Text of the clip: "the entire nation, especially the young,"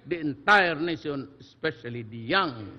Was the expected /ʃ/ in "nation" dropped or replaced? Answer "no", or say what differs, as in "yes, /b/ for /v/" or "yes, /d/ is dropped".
yes, /s/ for /ʃ/